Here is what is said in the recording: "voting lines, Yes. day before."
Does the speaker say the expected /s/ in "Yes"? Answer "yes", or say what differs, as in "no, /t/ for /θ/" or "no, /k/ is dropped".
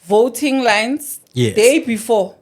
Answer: no, /s/ is dropped